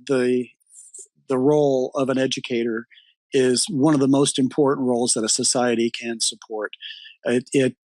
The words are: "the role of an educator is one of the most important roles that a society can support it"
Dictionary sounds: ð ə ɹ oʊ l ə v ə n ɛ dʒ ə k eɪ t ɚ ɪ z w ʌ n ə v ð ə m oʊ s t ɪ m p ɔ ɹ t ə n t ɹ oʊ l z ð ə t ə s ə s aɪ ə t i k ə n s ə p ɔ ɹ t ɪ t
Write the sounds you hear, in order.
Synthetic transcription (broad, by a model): ð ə ɹ oʊ l ə v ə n ɛ dʒ ə k eɪ t ɚ ɪ z w ʌ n ə v ð ə m oʊ s t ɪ m p ɔ ɹ t n t ɹ oʊ l z ð ə t ə s ə s aɪ ə t i k ə n s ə p ɔ ɹ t ɪ t